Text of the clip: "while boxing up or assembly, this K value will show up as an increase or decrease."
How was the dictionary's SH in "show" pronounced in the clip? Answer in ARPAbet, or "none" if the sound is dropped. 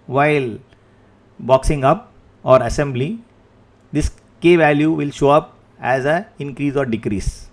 SH